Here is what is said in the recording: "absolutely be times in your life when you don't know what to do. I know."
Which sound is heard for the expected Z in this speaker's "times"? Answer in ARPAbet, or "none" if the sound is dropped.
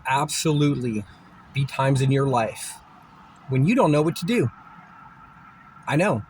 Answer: Z